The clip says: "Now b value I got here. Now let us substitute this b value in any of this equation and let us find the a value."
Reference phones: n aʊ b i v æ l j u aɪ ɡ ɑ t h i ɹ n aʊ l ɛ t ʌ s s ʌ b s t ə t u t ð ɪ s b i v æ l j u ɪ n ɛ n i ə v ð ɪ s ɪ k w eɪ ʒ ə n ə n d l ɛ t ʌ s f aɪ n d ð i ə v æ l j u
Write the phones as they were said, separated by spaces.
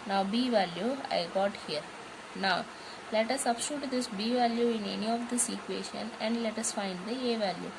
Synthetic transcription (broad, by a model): n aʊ b i v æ l j u aɪ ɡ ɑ t h i ɹ n aʊ l ɛ t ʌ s s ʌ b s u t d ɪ s b i v æ l j u ɪ n ɛ n i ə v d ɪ s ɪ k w eɪ ʃ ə n ə n d l ɛ t ʌ s f aɪ n d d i ə v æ l j u